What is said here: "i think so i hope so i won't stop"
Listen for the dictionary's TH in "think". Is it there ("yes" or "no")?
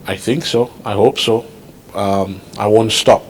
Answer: yes